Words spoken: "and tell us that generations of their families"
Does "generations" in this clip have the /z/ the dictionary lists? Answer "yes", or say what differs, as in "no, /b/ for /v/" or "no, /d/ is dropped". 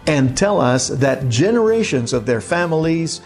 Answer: yes